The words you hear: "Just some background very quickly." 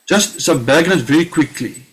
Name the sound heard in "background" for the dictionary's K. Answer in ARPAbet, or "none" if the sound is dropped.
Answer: none